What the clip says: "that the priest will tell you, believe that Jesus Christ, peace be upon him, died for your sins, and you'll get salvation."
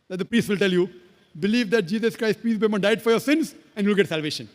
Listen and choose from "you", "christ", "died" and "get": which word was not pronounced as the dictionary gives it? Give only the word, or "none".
none